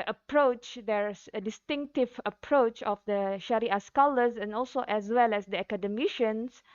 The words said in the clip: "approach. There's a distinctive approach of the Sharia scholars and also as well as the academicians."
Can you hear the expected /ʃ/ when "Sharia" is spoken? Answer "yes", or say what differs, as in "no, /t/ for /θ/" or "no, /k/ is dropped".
yes